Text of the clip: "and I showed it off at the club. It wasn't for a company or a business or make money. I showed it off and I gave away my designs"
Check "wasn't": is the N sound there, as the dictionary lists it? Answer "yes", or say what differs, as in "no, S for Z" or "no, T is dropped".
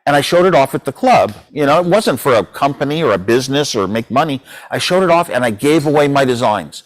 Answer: yes